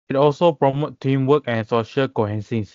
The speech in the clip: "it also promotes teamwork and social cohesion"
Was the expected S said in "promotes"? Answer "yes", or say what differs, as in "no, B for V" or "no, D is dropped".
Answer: no, S is dropped